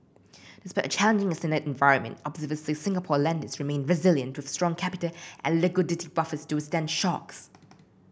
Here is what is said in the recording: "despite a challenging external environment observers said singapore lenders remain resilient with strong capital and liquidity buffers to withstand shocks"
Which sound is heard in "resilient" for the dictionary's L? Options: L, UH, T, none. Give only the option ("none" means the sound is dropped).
L